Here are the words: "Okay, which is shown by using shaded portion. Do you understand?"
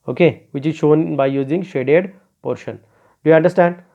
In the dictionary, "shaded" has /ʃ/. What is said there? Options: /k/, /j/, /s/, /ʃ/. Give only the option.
/ʃ/